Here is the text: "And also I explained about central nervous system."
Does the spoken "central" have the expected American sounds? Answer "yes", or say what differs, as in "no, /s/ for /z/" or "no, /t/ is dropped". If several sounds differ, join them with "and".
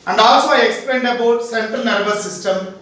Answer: no, /ɹ/ is dropped